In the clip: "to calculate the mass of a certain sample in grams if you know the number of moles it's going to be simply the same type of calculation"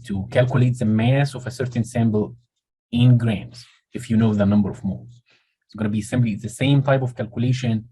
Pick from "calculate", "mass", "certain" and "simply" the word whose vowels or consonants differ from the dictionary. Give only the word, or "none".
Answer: simply